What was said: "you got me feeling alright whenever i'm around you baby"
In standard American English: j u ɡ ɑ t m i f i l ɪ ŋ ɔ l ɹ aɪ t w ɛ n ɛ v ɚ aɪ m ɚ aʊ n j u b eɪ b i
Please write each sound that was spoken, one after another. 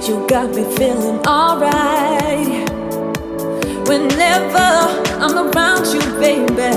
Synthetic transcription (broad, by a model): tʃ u ɡ ɑ t m i f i l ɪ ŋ ɔ l ɹ aɪ t w ɛ n ɛ v ɚ aɪ m ɚ aʊ n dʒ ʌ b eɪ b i